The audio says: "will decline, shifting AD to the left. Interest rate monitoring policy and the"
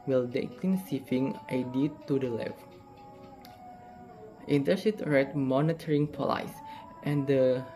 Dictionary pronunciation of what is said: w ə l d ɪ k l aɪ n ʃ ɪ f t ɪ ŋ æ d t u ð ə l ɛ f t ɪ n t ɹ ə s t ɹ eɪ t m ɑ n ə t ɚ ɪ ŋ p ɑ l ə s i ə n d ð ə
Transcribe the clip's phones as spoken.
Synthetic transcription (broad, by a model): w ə l d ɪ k l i n s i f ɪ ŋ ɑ d t u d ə l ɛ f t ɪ n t ə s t ɹ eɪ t m ɑ n ə t ɚ ɪ ŋ p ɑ l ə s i ə n d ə